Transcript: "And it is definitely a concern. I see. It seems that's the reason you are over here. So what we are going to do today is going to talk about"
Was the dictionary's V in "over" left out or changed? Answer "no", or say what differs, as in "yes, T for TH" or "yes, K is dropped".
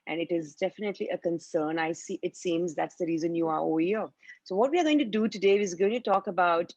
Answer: yes, V is dropped